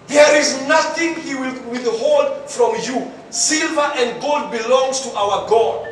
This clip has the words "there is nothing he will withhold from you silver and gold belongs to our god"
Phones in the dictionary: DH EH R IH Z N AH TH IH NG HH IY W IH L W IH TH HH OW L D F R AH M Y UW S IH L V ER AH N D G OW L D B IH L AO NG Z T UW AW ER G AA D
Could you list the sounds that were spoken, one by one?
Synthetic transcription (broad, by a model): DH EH R IH Z N AH TH IH NG HH IY W IH L W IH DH HH OW L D F R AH M Y UW S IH L V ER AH N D G OW L D B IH L AO NG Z T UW AW ER G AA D